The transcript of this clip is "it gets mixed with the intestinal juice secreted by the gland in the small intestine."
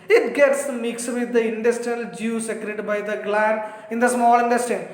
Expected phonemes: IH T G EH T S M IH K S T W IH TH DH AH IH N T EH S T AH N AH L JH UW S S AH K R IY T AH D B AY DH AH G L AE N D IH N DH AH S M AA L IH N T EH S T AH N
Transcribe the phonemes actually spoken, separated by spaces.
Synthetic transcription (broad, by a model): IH T G EH T S M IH K S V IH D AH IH N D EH S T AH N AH L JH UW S S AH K R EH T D B AY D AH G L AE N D IH N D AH S M AA L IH N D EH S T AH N